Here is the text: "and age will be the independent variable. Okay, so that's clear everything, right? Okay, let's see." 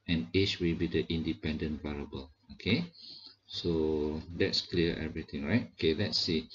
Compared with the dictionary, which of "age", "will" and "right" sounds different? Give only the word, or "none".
age